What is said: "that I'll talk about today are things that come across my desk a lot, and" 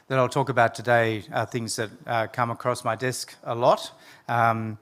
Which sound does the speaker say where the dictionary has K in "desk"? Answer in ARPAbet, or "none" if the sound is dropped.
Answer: K